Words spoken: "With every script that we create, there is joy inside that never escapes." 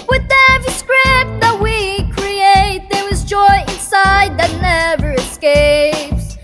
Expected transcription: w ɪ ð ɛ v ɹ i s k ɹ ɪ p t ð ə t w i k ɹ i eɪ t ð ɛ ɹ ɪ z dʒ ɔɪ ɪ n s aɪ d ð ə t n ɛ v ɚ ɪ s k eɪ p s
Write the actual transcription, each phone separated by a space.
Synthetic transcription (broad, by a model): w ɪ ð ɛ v i s k ɹ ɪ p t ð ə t w i k ɹ i eɪ t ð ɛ w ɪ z dʒ ɔɪ ɪ n s aɪ d ð ə t n ɛ v ɚ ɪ s k eɪ p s